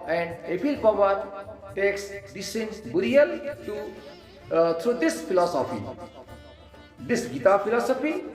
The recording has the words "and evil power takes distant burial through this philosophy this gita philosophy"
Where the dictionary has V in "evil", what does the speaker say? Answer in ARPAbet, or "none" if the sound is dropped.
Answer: P